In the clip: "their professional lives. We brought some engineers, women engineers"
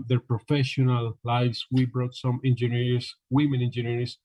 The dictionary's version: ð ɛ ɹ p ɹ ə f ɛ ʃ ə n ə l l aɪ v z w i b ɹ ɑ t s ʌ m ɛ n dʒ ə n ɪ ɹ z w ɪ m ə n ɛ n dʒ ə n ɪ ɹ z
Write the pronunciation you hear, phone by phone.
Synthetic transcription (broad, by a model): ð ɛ ɹ p ɹ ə f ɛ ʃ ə n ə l l aɪ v s w i b ɹ ɑ t s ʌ m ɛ n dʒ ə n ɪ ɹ s w ɪ m ə n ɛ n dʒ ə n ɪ ɹ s